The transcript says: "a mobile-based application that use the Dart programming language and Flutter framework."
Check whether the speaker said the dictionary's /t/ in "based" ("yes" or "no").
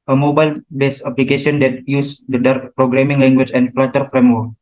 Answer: no